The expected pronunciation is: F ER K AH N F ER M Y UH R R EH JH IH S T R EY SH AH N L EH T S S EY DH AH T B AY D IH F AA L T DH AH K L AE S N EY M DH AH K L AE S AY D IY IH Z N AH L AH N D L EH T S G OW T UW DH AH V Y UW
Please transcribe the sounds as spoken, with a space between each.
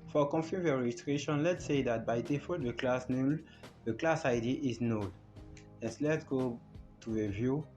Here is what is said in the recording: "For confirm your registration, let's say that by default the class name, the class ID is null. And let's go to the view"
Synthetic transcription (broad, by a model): F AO K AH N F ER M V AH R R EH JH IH S T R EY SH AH N L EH T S S EY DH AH T B AY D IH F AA T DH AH K L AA S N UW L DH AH K L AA S AY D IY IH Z N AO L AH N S L EH T S G OW T UW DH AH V Y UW